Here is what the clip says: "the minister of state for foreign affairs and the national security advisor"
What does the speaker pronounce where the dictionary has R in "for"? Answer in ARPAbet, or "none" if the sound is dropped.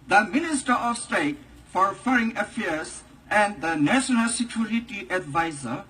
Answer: R